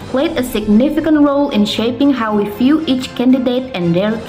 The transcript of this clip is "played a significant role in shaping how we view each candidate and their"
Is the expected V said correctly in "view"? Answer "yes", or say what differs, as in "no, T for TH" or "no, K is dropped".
no, F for V